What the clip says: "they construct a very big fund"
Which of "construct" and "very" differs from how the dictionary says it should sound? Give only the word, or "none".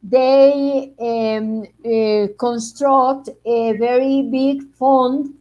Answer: none